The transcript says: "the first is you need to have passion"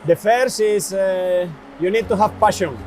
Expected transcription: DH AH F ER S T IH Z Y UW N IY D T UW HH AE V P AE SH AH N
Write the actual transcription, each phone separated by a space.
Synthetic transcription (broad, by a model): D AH F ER S IH S Y UW N IY D T UW HH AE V P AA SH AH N